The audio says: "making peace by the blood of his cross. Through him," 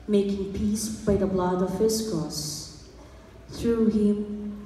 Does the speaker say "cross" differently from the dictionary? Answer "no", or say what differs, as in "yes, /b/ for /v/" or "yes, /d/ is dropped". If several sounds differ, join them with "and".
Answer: yes, /ɹ/ is dropped